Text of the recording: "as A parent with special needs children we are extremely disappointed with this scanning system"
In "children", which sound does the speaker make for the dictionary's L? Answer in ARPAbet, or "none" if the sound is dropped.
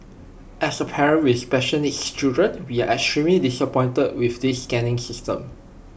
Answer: none